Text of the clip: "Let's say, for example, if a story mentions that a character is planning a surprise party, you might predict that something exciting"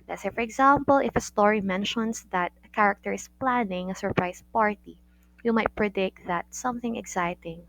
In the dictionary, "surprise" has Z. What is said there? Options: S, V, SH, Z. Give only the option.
S